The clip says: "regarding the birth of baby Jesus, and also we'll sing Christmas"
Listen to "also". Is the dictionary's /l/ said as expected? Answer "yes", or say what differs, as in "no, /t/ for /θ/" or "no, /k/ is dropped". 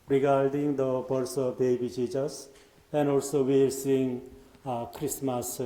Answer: yes